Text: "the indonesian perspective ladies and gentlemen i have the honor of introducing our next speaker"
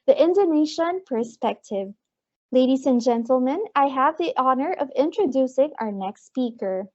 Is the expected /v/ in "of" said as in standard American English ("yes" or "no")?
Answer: yes